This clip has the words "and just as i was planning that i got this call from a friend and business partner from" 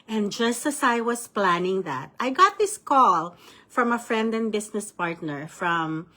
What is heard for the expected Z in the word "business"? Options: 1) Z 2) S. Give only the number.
2